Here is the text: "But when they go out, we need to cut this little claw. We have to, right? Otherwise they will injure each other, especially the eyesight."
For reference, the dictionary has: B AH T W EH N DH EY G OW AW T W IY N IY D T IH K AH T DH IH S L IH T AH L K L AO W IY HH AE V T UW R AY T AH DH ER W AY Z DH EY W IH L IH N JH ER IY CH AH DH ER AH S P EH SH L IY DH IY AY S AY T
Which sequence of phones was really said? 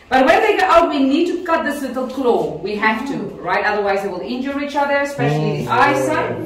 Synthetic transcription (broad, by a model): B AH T W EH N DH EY G OW AW T W IY N IY D T IH K AH T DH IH S L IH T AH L K L AO W IY HH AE F T UW R AY T AH DH ER W AY Z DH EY W IH L IH N JH ER IY CH AH DH ER AH S P EH SH L IY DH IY AY S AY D